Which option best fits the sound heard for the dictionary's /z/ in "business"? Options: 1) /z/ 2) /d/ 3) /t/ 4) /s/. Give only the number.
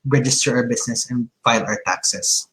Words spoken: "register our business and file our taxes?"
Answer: 4